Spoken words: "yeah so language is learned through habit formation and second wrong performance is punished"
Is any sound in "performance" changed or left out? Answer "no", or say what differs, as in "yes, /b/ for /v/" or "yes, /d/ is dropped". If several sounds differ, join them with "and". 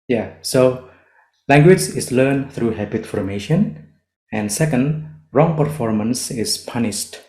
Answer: no